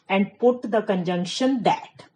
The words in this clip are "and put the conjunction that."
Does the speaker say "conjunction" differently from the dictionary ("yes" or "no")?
no